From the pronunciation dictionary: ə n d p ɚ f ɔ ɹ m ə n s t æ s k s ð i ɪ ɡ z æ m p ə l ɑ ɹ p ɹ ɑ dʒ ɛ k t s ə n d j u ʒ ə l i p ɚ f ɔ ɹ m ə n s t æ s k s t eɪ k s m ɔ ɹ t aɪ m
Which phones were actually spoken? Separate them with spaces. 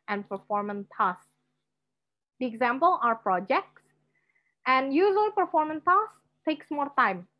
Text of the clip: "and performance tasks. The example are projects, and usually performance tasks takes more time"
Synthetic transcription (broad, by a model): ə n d p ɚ f ɔ ɹ m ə n t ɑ s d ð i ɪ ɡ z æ m p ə l ɑ ɹ p ɹ ɑ dʒ ɛ k t s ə n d j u z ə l p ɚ f ɔ ɹ m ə n t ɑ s s t eɪ k s m ɔ ɹ t aɪ m